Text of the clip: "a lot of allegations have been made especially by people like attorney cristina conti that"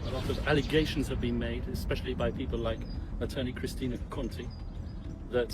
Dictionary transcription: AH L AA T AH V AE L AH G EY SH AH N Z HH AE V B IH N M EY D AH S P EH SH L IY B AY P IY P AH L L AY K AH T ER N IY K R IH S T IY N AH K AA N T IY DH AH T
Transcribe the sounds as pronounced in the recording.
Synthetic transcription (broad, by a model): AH L AA T AH V AE L AH G EY SH AH N Z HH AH V B IH N M EY D AH S P EH SH L IY B AY P IY P AH L L AY K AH T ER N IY K R IH S T IY N AH K AA N T IY DH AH T